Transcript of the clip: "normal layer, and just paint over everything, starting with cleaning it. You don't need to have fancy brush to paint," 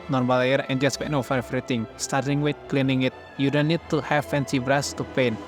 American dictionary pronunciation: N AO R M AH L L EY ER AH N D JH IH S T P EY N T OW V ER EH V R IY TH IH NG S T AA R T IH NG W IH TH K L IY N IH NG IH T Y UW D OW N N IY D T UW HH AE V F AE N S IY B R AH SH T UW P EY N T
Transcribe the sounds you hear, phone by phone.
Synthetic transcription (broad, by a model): N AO R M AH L L EY ER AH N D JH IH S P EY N OW F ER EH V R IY T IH NG S T AA R T IH NG W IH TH K L IY N IH NG IH T Y UW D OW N N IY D T UW HH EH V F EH N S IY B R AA S T UW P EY N